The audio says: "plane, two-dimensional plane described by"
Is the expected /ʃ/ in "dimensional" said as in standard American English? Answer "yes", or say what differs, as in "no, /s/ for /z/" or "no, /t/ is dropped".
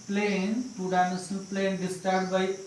no, /s/ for /ʃ/